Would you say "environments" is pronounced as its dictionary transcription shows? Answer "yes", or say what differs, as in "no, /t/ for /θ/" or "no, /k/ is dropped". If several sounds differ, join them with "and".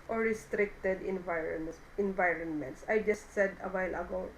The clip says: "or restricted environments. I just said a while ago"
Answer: yes